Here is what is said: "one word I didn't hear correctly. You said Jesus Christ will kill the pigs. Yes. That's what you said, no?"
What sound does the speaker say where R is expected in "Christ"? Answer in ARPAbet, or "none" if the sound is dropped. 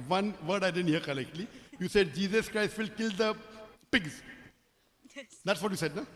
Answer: R